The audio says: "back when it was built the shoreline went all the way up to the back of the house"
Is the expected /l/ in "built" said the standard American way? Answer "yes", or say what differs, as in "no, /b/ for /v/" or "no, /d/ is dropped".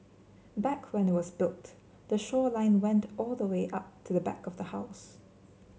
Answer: yes